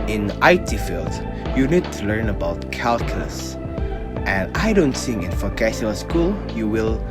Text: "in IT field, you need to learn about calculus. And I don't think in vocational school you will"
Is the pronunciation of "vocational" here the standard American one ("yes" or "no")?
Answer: no